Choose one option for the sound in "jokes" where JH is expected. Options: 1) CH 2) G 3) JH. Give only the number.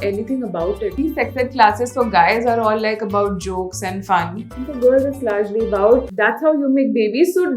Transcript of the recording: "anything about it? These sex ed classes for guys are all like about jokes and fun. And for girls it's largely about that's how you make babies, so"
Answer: 3